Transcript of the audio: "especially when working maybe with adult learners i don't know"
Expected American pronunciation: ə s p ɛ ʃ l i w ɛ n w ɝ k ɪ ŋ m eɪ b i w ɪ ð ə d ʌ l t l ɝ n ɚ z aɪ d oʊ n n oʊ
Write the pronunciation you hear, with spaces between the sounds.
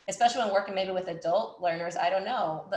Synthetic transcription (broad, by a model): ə s p ɛ ʃ l i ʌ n w ɝ k ɪ ŋ m eɪ b i w ɪ ð ə d ʌ l t l ɝ n ɚ z aɪ d oʊ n n oʊ